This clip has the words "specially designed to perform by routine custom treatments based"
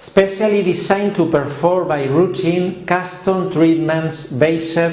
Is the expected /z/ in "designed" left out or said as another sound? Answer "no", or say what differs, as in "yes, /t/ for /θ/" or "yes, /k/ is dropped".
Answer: yes, /s/ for /z/